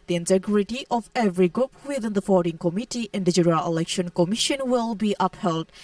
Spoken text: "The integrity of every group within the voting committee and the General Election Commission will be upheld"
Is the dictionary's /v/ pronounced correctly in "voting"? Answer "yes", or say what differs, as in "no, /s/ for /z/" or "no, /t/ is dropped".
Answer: no, /f/ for /v/